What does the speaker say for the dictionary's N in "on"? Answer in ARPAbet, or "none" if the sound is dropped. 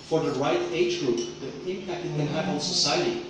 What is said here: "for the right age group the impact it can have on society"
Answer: L